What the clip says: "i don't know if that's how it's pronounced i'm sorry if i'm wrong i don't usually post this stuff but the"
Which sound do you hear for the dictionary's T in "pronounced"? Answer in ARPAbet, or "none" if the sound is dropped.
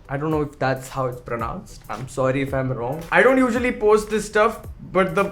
T